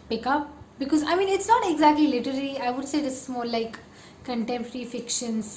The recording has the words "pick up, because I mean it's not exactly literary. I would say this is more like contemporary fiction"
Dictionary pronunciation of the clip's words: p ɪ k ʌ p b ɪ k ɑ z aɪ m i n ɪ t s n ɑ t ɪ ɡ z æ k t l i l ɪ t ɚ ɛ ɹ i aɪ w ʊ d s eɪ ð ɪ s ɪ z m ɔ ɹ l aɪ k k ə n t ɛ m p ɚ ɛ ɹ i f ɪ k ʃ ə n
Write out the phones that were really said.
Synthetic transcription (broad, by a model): p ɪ k ʌ p b ɪ k ɑ z aɪ m i n ɪ t s n ɑ t ɪ ɡ z æ k t l i l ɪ t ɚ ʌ l i aɪ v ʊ d s eɪ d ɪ s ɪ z m ɔ ɹ l aɪ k k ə n t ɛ m p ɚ ɹ i f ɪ k ʃ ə n